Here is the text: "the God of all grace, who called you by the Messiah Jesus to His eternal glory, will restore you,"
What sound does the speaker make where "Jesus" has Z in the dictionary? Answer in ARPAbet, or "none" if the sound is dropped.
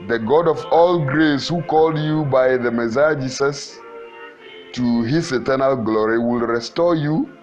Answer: S